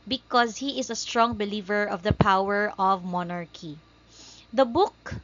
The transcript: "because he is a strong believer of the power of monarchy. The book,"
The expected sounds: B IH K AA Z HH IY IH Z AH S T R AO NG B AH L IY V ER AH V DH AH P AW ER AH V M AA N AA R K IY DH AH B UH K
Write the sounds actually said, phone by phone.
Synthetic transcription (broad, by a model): B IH K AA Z HH IY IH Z AH S T R AO NG B AH L IY V ER AH V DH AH P AW ER AH V M AA N AA R K IY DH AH B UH K